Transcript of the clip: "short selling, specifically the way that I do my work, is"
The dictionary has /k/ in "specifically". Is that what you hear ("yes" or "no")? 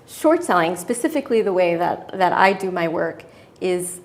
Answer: yes